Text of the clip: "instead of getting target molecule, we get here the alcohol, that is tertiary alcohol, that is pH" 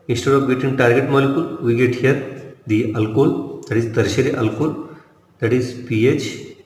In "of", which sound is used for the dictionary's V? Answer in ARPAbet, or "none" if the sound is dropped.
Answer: P